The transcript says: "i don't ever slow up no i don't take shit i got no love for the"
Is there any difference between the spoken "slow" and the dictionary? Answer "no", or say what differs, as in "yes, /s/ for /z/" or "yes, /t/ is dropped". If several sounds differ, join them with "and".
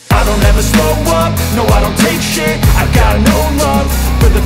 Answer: yes, /w/ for /l/